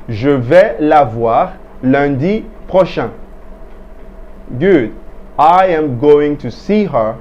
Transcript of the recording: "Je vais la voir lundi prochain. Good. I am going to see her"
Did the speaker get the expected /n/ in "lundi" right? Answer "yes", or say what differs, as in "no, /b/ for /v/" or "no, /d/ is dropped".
no, /n/ is dropped